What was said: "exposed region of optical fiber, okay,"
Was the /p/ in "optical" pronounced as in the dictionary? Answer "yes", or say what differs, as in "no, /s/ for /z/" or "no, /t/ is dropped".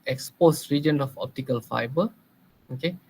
yes